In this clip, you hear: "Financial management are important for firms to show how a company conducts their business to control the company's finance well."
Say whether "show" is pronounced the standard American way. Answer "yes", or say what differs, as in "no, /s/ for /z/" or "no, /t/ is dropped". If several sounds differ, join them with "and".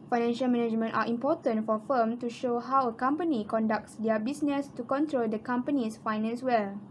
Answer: yes